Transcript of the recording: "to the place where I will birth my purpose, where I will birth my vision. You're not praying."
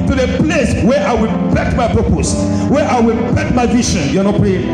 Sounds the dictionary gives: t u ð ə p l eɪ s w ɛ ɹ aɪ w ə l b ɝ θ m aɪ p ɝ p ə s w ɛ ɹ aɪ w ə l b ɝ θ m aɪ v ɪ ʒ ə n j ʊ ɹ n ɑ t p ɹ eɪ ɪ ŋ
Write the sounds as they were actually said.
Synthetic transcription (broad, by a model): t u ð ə p l eɪ s w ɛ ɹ aɪ w ə l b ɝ t m aɪ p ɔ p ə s w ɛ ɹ aɪ w ə l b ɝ t m aɪ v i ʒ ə n j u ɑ n ɑ t p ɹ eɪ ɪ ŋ